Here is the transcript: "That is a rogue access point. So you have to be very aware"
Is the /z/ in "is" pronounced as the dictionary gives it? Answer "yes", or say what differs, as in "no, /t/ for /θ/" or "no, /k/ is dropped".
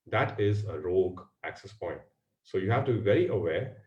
yes